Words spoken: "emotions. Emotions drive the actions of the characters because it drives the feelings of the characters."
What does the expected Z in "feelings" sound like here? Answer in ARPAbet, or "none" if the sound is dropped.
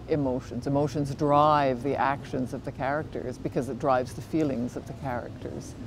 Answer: Z